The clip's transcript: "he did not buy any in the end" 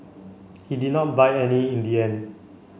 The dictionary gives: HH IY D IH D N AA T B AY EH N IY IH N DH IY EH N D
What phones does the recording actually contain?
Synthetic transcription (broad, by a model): HH IY D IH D N AA T B AY EH N IY IH N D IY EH N